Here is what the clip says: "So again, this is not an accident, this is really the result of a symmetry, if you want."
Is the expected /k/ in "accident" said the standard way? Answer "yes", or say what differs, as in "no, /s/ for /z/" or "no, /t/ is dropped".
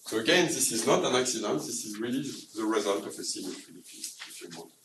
yes